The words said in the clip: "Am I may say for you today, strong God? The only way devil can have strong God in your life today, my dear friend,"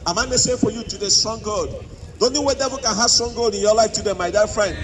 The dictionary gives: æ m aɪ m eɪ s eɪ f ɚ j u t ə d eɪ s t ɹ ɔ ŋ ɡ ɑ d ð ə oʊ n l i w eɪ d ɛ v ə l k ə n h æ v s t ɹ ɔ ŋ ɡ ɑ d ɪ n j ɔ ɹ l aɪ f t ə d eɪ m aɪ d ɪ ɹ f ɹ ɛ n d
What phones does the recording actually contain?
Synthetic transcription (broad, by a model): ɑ m aɪ m eɪ s eɪ f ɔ j u t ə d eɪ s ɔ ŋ ɡ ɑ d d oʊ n i w eɪ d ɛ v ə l k ə n h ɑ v s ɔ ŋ ɡ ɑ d ɪ n j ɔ l aɪ f t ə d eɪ m aɪ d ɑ f ɹ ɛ n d